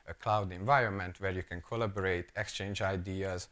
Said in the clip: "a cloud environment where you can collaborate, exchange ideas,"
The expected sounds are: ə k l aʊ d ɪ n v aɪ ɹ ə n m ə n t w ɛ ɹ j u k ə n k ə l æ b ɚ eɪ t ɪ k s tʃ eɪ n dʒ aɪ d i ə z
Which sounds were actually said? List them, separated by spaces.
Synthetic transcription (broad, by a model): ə k l aʊ d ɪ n v aɪ ɹ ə n m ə n t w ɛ ɹ j u k ə n k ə l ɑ b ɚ eɪ t ɪ k s tʃ eɪ n dʒ aɪ d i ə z